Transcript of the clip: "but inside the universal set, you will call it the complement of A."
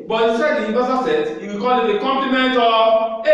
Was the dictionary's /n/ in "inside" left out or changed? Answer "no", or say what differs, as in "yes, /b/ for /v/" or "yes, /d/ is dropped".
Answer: yes, /n/ is dropped